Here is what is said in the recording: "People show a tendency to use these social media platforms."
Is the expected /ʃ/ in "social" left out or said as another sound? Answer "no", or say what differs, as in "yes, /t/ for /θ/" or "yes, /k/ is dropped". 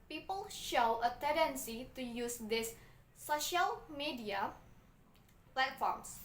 no